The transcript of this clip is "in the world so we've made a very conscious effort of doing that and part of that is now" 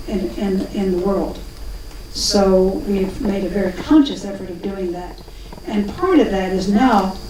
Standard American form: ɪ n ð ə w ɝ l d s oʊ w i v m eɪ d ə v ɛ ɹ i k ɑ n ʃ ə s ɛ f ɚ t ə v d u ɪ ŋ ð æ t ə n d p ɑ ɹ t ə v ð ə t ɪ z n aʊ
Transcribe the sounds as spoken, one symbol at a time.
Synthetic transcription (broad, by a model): ɪ n ð ə w ɝ l d s oʊ w i v m eɪ d ə v ɛ ɹ i k ɑ n ʃ ə s ɛ f ɚ t ə v d u ɪ ŋ ð æ t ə n p ɑ ɹ t ə v ð ə t ɪ z n aʊ